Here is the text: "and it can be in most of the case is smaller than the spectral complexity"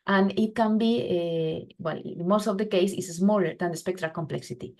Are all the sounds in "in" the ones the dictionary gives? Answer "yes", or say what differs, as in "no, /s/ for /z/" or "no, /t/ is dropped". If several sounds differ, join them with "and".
no, /l/ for /n/